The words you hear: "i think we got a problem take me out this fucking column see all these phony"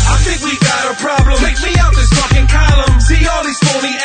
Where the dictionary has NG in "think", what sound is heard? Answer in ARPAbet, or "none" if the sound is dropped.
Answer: NG